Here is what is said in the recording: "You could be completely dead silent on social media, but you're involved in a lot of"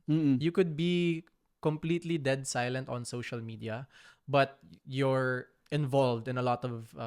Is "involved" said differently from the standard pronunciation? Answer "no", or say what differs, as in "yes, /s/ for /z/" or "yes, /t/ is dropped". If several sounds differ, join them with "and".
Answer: no